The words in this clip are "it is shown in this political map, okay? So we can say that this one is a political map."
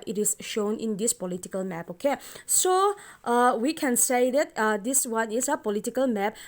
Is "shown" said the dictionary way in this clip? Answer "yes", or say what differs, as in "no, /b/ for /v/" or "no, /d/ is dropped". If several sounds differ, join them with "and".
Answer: yes